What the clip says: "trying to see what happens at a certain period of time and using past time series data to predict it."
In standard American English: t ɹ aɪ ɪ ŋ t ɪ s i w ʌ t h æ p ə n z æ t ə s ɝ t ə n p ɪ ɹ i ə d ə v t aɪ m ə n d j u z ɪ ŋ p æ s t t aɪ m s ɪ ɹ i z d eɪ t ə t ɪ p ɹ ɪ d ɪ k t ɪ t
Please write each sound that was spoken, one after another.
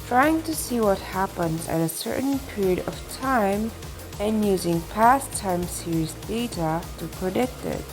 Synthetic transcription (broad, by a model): t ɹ aɪ ɪ ŋ t ɪ s i w ʌ t h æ p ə n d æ t ə s ɝ t n p ɪ ɹ i ə d ə v t aɪ m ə n j u z ɪ ŋ p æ s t t aɪ m s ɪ ɹ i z d eɪ t ə t ɪ p ɹ ɪ d ɪ k t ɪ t